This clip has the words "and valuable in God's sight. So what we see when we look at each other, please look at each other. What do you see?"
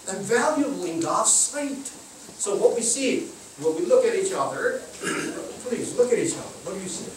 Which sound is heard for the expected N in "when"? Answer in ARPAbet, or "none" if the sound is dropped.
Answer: L